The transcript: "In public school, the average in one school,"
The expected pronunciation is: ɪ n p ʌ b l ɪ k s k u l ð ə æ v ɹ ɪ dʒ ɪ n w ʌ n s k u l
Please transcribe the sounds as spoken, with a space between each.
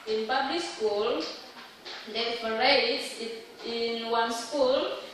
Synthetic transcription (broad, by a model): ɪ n p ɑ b l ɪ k s k u l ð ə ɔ ɹ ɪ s ɪ n w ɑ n s k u l